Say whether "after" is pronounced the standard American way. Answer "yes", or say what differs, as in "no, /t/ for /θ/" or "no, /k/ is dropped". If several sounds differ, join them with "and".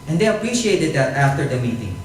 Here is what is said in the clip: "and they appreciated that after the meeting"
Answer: yes